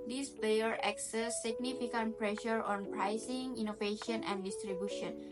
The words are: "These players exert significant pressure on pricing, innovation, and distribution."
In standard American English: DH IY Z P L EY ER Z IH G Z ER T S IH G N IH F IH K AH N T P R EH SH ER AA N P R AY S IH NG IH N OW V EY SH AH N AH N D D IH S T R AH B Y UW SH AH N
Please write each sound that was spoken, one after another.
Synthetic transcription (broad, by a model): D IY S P EY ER IH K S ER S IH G N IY F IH K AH N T P R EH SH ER AA N P R AY S IH NG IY N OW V EY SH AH N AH N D D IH S T R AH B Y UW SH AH N